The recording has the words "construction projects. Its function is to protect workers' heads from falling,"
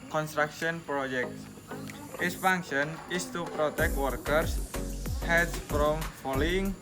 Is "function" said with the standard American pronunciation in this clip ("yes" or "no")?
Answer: no